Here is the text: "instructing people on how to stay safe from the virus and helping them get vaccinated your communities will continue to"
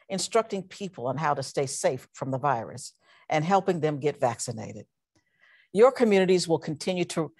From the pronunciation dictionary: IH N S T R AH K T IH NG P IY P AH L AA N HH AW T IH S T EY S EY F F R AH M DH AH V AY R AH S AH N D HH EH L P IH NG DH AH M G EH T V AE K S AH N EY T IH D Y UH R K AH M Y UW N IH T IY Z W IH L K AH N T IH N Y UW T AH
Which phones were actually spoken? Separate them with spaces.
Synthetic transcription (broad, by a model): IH N S T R AH K T IH NG P IY P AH L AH N HH AW T IH S T EY S EY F F R AH M DH AH V AY R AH S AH N HH EH L P IH NG DH AH M G EH T V AE K S AH N EY T IH D Y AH R K AH M Y UW N IH T IY Z W IH L K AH N T IH N Y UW T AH